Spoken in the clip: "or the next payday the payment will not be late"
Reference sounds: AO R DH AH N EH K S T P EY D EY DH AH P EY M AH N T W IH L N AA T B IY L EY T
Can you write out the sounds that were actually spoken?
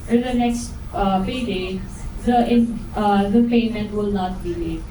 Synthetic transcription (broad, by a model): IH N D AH N EH K S T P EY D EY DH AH P EY M AH N T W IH L N AA T B IY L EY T